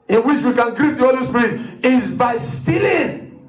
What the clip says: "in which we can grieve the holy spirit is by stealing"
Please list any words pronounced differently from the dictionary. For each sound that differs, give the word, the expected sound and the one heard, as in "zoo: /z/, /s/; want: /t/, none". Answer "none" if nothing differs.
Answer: grieve: /v/, /p/